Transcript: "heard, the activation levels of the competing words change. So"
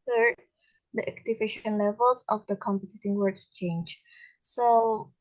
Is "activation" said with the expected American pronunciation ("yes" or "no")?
yes